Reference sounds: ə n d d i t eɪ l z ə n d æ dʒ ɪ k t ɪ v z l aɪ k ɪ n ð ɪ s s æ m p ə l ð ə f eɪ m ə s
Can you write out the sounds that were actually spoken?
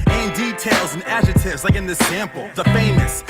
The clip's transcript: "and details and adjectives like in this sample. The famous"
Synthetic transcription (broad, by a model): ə n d d i t eɪ l z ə n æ dʒ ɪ t ɪ v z l aɪ k ɪ n ð ɪ s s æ m p l ð ə f eɪ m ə s